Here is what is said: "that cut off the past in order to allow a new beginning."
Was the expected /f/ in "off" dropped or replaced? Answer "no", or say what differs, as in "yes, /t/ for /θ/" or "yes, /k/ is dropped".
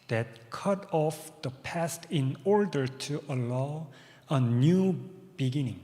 no